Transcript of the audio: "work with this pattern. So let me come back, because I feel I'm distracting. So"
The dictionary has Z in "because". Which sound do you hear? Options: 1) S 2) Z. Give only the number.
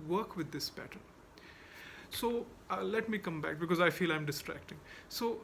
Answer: 2